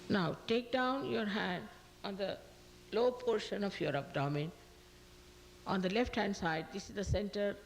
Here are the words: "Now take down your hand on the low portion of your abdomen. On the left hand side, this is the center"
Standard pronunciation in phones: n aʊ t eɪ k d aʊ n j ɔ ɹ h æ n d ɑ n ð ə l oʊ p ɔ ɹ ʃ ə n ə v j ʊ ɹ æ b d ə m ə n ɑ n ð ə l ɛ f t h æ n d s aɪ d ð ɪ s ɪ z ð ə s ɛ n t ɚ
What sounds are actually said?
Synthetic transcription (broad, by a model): n aʊ t eɪ k d aʊ n j ɔ ɹ h æ n d ɑ n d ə l oʊ p ɔ ɹ ʃ ə n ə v j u ɹ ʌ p d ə m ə n ɑ n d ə l ɛ f t h æ n d s aɪ d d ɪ s ɪ z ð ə s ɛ n t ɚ